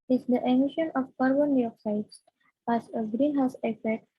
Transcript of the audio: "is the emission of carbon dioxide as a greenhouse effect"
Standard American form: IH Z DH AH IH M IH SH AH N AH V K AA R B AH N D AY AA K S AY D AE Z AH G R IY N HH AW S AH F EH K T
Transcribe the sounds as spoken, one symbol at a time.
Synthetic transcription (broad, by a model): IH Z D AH IH M IH SH AH N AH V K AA R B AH N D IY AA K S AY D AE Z AH G R IY N HH AW S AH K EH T